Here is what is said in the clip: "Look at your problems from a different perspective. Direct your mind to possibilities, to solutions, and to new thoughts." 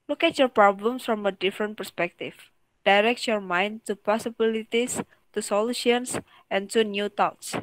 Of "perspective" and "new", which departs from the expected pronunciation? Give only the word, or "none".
perspective